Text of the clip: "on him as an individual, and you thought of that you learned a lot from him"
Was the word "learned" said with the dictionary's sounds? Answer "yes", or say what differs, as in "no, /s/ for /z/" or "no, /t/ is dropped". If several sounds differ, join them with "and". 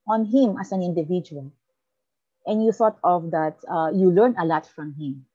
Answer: no, /d/ is dropped